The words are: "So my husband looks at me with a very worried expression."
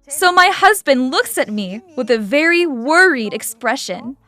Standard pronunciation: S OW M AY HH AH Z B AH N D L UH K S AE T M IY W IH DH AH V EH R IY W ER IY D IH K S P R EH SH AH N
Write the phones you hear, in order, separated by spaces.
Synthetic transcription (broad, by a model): S OW M AY HH AH Z B AH N D L UH K S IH T M IY W IH DH AH V EH R IY W ER IY D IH K S P R EH SH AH N